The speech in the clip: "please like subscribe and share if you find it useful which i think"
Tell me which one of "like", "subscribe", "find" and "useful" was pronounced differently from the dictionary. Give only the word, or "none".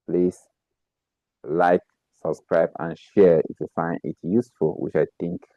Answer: find